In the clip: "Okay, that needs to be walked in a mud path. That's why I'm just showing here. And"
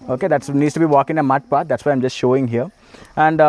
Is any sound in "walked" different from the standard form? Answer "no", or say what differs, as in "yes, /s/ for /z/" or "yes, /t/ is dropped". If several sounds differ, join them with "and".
yes, /t/ is dropped